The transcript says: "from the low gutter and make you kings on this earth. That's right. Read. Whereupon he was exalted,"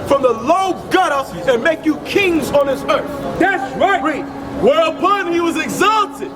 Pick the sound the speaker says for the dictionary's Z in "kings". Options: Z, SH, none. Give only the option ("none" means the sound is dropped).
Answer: Z